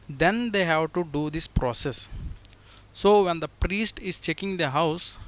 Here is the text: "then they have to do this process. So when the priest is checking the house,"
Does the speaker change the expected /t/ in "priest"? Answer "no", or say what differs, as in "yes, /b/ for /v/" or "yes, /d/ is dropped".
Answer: no